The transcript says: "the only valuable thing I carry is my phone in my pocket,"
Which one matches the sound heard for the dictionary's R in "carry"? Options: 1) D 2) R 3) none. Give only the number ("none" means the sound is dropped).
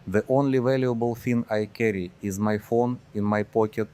2